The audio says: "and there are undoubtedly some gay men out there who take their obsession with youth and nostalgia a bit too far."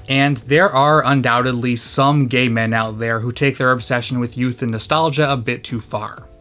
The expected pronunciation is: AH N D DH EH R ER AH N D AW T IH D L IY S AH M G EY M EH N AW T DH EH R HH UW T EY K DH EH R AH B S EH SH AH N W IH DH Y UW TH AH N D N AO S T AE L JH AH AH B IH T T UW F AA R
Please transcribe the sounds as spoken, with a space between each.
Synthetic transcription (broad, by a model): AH N DH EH R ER AH N D AW T IH D L IY S AH M G EY M EH N AW T DH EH R HH UW T EY K DH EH R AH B S EH SH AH N W IH DH Y UW TH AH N N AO S T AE L JH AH AH B IH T T UW F AA R